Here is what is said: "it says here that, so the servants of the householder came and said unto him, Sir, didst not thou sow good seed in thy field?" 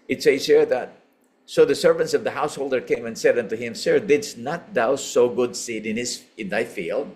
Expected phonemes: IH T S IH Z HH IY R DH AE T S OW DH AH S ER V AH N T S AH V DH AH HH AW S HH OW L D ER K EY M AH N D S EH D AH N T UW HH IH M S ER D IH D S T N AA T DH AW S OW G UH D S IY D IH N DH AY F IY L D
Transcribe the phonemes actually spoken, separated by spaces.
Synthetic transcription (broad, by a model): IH T S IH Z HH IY R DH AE T S OW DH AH S ER V AH N T S AH V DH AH HH AW S HH OW L D ER K EY M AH N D S EH D AH N T UW HH IH M S ER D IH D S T N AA T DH AW S OW G UH D S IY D IH N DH AY F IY L D